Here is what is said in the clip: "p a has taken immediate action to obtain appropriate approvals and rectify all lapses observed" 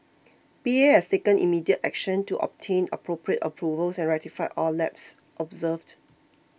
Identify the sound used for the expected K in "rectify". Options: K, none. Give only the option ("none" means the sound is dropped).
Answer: none